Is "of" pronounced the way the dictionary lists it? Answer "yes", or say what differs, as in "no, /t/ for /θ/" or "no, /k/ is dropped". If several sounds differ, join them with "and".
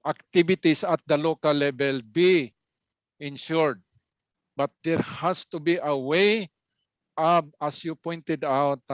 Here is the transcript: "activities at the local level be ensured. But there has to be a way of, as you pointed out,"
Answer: no, /b/ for /v/